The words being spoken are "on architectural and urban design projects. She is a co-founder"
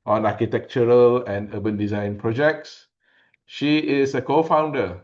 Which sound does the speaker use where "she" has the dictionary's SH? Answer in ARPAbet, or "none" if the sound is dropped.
SH